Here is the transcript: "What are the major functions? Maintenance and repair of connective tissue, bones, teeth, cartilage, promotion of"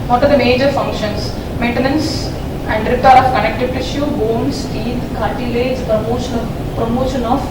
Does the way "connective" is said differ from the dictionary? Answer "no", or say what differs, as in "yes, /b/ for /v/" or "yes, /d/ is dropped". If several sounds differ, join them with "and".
yes, /p/ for /v/